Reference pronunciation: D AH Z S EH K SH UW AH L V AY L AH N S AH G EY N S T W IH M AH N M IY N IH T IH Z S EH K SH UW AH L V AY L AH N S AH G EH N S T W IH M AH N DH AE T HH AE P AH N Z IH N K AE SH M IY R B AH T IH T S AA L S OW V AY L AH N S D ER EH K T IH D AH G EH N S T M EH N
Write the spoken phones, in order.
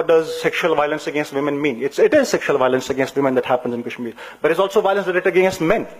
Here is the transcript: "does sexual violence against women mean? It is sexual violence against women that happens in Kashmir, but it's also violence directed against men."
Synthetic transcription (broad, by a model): D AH Z S EH K SH UW AH L V AY L AH N S AH G EY N S T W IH M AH N M IY N IH T IH Z S EH K SH UW AH L V AY L AH N S AH G EH N S T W IH M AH N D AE T HH AE P AH N Z IH N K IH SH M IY B AH T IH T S AA L S OW V AY L AH N S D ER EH T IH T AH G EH S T M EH N